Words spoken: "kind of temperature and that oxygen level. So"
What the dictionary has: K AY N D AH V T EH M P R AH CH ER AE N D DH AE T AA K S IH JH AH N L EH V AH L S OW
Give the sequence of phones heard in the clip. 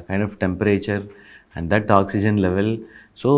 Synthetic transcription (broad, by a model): K AY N D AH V T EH M P R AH CH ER AE N D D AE T AA K S IH JH AH N L EH V AH L S OW